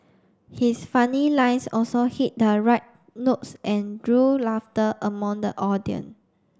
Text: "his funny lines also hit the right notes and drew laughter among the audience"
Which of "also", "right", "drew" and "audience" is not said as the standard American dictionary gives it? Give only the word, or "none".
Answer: audience